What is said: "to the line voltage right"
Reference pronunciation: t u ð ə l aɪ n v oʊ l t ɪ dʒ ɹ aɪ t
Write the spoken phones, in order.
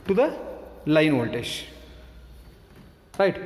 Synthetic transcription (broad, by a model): t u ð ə l aɪ n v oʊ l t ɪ ʃ ɹ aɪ t